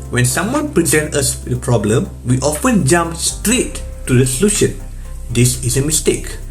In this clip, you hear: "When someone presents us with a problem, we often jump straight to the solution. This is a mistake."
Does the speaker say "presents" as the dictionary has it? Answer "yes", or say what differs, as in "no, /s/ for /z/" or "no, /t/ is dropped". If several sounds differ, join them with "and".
no, /s/ is dropped